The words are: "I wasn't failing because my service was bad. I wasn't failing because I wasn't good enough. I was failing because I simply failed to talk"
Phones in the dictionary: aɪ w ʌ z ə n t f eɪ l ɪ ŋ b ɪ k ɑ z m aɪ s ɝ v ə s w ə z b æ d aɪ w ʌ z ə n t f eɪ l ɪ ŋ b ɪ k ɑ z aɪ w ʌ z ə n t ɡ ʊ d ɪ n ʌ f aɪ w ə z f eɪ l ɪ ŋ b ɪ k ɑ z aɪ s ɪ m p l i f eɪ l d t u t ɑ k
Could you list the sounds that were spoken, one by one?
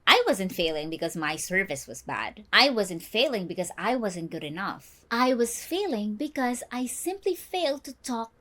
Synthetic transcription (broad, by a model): aɪ w ʌ z ə n t f eɪ l ɪ ŋ b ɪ k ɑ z m aɪ s ɝ v ə s w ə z b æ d aɪ w ʌ z ə n t f eɪ l ɪ ŋ b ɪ k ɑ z aɪ w ʌ z ə n t ɡ ʊ d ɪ n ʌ f aɪ w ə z f eɪ l ɪ ŋ b ɪ k ɑ z aɪ s ɪ m p l i f eɪ l d t u t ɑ k